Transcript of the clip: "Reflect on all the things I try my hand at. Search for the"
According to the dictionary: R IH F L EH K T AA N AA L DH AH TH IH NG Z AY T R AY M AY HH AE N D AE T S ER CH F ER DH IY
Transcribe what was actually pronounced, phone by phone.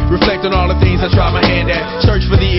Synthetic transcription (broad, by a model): R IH F L EH K T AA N AA L DH AH TH IH NG Z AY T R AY M AY HH AE N D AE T S ER CH F ER DH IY